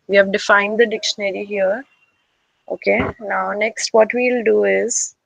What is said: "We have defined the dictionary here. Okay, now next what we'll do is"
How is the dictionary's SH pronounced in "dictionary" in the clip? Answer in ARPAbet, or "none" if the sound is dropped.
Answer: SH